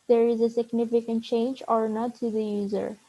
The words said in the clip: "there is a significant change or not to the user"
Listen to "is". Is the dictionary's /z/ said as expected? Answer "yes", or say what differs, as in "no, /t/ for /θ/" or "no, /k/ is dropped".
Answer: yes